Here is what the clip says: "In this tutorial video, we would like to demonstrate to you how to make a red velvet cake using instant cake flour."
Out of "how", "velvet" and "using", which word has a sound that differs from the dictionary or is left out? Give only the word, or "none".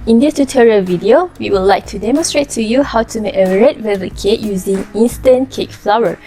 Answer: velvet